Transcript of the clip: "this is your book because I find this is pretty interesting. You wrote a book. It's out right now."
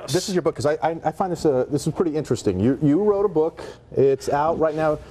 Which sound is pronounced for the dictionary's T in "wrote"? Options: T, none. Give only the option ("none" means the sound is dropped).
T